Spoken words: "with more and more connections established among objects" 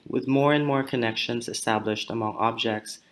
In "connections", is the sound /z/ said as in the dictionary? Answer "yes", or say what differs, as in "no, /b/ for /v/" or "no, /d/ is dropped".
yes